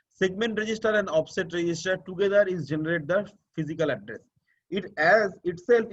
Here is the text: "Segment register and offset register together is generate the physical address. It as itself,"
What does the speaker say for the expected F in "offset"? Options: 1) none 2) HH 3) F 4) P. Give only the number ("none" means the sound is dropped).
4